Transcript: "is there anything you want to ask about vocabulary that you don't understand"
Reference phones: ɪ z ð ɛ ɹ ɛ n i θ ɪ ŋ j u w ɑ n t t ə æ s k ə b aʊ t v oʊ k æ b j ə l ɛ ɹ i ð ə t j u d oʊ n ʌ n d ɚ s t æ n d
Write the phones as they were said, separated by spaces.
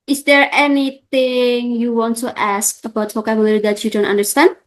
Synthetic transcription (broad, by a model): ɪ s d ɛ ɹ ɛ n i t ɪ ŋ j u w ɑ n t t æ s k ə b aʊ t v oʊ k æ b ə l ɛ ɹ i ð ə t j u d oʊ n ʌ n d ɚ s t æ n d